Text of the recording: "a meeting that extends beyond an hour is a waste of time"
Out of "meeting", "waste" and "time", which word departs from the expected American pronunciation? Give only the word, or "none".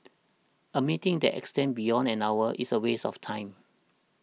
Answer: waste